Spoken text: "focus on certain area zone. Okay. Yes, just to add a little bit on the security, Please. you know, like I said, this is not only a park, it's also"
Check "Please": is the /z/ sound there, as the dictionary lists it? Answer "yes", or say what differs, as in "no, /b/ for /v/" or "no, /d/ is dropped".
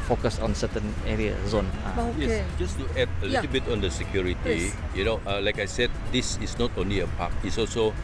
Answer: no, /z/ is dropped